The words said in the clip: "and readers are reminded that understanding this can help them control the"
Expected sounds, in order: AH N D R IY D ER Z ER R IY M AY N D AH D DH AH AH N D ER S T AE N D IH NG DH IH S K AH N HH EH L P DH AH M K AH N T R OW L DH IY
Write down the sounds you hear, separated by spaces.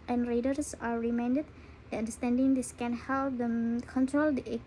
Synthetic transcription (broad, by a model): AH N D R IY D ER S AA R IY M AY N D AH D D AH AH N D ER S T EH N D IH NG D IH S K AH N HH EH L P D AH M K AH N T R OW L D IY